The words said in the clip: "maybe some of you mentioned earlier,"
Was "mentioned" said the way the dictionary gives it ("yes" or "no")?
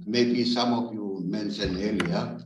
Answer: no